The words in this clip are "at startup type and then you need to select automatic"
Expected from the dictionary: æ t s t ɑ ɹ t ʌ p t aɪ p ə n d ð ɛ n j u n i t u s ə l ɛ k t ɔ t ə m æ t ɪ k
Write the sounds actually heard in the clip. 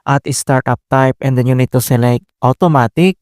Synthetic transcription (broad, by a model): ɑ t s t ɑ ɹ t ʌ p t aɪ p ə n d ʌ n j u n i t u s ə l ɛ k t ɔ t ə m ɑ t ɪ k